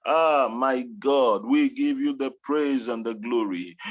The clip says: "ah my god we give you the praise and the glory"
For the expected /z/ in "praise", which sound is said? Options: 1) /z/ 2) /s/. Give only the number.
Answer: 1